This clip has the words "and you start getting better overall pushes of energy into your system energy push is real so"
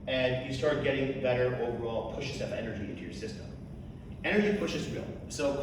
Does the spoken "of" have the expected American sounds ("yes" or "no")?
no